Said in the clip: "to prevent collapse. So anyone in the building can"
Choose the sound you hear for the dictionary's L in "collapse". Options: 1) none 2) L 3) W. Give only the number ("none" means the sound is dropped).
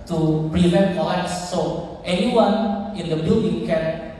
1